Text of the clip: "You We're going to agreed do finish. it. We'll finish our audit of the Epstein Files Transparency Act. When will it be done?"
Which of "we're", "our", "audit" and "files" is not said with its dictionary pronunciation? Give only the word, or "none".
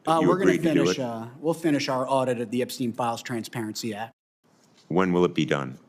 none